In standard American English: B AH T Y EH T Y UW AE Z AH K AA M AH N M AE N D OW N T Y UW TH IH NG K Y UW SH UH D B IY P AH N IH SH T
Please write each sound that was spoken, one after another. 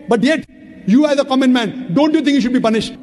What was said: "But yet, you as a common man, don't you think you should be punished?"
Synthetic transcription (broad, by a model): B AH T Y EH T Y UW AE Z AH K AA M AH N M AE N D OW N T Y UW T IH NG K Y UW SH UH D B IY P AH N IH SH T